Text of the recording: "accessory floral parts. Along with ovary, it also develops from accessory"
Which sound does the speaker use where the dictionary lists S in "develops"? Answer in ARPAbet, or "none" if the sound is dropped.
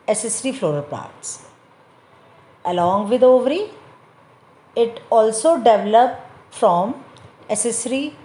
none